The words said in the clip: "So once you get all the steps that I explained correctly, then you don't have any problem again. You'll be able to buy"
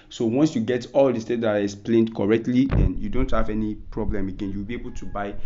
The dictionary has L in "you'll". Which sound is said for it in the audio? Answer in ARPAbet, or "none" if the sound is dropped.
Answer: W